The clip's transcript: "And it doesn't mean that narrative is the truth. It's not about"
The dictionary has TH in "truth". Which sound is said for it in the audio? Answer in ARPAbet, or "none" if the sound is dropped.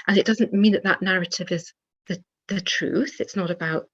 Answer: TH